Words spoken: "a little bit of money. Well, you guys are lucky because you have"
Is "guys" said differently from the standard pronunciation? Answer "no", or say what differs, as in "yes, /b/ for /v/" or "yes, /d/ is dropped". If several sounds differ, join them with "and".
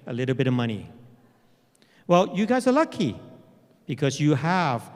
no